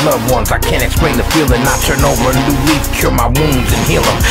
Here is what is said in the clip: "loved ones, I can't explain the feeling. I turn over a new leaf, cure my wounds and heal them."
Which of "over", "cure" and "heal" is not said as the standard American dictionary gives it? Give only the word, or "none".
none